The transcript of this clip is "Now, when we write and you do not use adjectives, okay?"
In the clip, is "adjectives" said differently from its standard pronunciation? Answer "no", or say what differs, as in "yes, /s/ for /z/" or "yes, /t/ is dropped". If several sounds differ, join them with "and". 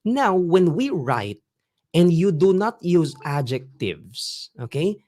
yes, /s/ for /z/